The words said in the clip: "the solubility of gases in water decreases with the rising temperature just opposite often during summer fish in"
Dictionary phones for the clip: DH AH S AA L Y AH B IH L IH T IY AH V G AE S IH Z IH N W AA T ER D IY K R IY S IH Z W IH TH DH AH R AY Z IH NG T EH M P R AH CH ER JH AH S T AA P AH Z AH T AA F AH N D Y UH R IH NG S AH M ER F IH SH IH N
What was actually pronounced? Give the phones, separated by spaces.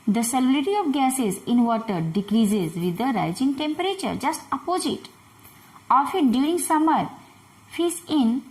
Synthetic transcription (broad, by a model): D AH S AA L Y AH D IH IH T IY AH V G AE S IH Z IH N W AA T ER D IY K R IY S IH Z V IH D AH R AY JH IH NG T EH M P R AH CH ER JH AH S T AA P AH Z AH T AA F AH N D Y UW R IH NG S AH M ER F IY S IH N